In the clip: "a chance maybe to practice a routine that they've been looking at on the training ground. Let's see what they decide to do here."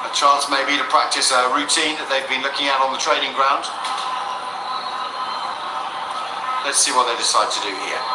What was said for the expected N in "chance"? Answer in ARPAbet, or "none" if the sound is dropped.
L